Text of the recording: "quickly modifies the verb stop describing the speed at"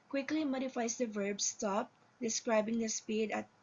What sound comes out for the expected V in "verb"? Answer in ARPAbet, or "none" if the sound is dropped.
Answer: V